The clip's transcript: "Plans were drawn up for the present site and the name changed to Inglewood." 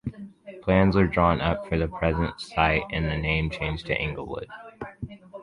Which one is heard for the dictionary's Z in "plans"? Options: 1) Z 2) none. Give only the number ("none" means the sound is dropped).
1